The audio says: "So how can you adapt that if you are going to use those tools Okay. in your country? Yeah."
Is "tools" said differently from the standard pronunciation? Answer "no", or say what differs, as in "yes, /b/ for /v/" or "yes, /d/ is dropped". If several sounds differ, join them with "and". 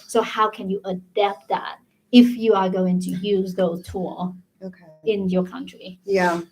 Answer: yes, /z/ is dropped